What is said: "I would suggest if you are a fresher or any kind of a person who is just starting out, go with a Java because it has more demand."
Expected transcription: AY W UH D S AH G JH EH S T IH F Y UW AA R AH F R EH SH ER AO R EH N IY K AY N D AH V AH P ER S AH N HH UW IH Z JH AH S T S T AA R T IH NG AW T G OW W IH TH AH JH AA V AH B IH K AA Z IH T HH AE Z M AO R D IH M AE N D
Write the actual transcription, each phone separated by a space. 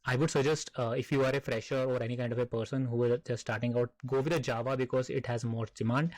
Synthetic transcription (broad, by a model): AY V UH D S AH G JH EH S T IH F Y UW AA R AH F R EH SH ER AO R EH N IY K AY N D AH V AH P ER S AH N HH UW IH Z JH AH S S T AA R T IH NG AW T G OW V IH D AH JH AA V AH B IH K AA Z IH T HH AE Z M AO R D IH M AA N D